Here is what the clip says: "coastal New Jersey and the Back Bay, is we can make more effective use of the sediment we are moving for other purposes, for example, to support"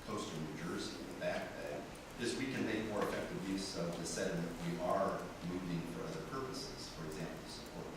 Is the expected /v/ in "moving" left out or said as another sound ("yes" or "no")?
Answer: no